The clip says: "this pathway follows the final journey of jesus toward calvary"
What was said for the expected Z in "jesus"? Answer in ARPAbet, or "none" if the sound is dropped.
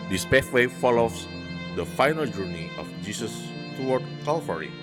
S